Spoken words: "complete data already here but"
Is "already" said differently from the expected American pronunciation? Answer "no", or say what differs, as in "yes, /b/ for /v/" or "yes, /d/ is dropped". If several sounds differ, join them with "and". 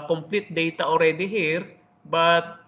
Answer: no